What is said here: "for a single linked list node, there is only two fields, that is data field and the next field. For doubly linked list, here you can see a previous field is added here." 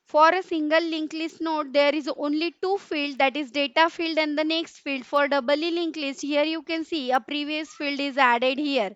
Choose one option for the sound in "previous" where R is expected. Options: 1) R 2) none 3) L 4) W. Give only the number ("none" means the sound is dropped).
1